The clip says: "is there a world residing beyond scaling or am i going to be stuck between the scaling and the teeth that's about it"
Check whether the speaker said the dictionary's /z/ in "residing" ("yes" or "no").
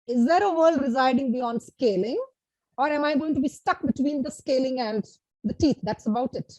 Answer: yes